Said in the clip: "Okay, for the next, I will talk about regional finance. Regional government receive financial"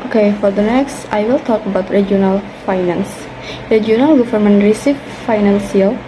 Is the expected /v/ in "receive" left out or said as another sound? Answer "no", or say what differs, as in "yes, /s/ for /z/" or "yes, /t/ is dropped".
yes, /f/ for /v/